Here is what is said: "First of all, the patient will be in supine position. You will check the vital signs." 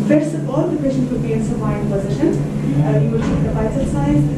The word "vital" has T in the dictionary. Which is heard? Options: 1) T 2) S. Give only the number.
2